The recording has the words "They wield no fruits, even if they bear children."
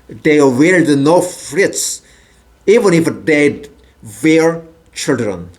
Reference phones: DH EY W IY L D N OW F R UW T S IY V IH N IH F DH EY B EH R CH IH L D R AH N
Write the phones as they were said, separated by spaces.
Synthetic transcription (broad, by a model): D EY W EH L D N OW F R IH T S IY V IH N IH F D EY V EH R CH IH L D R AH N